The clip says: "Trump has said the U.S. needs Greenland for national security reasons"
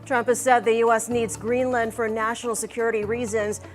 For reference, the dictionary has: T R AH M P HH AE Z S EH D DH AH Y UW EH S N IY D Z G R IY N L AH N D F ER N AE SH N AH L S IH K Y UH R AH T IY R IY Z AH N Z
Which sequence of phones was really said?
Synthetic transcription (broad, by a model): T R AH M P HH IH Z S EH D DH AH Y UW EH S N IY D Z G R IY N L AH N D F ER N AE SH N L S IH K Y UH R AH T IY R IY Z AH N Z